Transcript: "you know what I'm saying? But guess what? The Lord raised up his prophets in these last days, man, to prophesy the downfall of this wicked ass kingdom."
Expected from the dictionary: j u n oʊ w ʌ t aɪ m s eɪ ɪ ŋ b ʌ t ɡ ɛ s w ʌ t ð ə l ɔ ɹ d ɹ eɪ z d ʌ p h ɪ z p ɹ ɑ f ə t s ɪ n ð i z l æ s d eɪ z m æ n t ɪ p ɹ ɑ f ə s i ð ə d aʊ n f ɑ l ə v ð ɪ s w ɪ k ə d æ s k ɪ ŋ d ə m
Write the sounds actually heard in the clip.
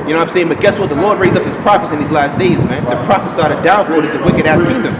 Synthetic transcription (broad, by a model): j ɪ n oʊ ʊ aɪ m s eɪ ɪ ŋ b ʌ t ɡ ɛ s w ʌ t ð ə l ɔ ɹ d ɹ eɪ z ʌ p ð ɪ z p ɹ ɑ f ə s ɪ n ð i z l æ s d eɪ z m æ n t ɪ p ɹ ɑ f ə s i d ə d aʊ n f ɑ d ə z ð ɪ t w ɪ k ə d æ s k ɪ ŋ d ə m